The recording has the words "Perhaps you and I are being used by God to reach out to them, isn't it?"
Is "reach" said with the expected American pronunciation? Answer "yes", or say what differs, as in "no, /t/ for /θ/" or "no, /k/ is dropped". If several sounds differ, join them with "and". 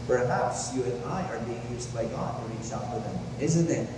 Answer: no, /s/ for /tʃ/